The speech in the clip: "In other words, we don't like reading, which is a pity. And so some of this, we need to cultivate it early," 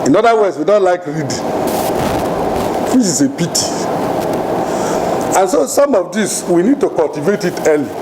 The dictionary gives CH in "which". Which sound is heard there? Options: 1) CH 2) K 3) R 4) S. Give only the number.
4